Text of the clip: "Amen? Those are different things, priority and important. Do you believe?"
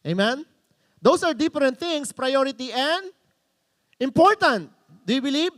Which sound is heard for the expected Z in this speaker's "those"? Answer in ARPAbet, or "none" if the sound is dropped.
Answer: S